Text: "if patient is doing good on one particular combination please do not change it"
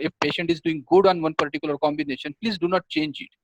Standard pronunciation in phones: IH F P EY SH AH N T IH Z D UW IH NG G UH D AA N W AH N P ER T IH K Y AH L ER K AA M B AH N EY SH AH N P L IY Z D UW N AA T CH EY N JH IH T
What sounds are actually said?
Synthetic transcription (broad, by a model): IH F P EY SH AH N T IH Z D UW IH NG G UH D AA N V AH N P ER T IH K Y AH L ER K AA M B AH N EY SH AH N P L IY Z D UW N AA T CH EY N JH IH T